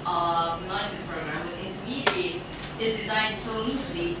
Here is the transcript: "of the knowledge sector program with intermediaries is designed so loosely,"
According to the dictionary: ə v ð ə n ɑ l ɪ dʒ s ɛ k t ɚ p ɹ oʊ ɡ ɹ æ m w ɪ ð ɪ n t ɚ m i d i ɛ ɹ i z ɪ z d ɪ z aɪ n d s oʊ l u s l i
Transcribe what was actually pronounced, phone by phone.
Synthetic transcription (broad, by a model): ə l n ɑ ɪ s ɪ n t p ɹ oʊ ɡ ɹ æ m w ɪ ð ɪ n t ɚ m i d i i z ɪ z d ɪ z aɪ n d s oʊ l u s l i